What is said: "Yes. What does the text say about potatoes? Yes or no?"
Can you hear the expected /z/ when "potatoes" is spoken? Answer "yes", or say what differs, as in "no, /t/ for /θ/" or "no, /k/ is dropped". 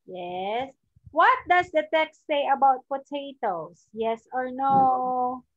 no, /s/ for /z/